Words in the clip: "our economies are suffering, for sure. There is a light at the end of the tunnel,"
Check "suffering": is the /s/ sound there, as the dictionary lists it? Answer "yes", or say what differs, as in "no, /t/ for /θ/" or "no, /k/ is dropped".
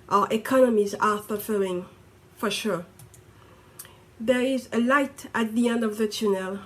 no, /θ/ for /s/